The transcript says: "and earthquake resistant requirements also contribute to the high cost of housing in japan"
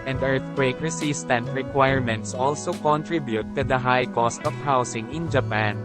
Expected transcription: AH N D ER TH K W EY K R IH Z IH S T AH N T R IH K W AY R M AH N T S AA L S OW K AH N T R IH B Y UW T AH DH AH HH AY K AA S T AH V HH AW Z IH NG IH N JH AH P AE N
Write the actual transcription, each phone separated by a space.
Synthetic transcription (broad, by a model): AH N D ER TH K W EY K R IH S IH S T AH N T R IH K W AY R M AH N T S AA L S OW K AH N T R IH B Y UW T AH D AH HH AY K AA S T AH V HH AW S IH NG IH N JH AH P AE N